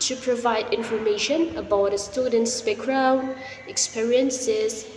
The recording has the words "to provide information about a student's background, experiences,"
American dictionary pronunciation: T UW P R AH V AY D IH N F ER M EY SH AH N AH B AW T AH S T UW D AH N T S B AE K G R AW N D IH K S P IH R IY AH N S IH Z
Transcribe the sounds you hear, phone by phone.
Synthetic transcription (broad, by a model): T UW P R AH V AY D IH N F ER M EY SH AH N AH B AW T AH S T UW D AH N T S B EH K R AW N IH K S P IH R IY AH N S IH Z